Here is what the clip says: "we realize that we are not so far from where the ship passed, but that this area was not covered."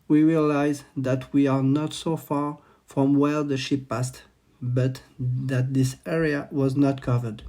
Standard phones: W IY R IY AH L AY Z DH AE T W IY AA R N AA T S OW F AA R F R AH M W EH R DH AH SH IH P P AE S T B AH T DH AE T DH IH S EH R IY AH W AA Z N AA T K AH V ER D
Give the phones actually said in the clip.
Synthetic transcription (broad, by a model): W IY R IY AH L AY Z DH AE T W IY AA R N AA T S OW F AA R F R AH M W EH R DH AH SH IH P P AE S T B AH T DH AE T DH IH S EH R IY AH W AA Z N AA T K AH V ER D